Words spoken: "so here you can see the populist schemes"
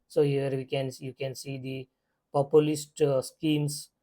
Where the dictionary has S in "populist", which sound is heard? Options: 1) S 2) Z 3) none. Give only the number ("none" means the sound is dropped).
1